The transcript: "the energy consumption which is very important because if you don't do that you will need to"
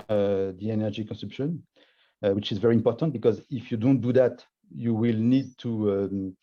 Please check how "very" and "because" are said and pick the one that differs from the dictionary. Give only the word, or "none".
none